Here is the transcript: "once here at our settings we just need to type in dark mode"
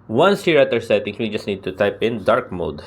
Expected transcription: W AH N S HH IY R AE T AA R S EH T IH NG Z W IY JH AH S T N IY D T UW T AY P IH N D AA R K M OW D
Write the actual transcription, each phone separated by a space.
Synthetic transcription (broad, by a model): W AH N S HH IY R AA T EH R S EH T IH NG W IY JH AH S T N IY D T UW T AY P IH N D AA R K M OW D